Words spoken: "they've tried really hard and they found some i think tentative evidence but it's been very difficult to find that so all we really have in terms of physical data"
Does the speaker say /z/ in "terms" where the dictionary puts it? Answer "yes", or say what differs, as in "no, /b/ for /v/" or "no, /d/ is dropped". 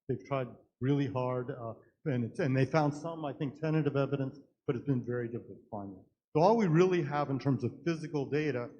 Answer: yes